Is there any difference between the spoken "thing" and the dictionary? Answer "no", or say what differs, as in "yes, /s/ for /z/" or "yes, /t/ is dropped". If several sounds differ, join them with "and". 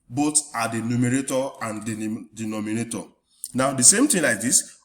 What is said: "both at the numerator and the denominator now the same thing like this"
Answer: yes, /t/ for /θ/